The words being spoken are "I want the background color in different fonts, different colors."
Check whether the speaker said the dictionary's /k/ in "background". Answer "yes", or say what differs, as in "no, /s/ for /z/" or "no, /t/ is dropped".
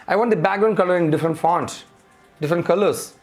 no, /k/ is dropped